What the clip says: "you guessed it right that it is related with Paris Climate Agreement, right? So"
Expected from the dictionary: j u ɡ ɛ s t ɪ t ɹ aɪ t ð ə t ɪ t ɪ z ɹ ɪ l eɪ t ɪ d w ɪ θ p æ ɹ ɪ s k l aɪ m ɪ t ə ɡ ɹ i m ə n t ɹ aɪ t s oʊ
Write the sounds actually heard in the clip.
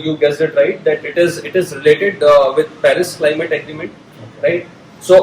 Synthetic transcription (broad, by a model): j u ɡ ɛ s ɪ t ɹ aɪ t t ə t ɪ t ɪ z ɹ ɪ l eɪ t ɪ d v ɪ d p æ ɹ ɪ s k l aɪ m ɪ t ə ɡ ɹ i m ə n t ɹ aɪ t s oʊ